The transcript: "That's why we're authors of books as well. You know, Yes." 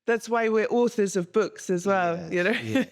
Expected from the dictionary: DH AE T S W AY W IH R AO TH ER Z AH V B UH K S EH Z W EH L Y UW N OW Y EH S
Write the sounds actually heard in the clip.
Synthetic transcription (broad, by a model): DH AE T S W AY W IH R AO TH ER Z AH V B UH K S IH Z W EH L Y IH N OW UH